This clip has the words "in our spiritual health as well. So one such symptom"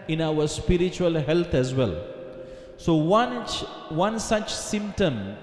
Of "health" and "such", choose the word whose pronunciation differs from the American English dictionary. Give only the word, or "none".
health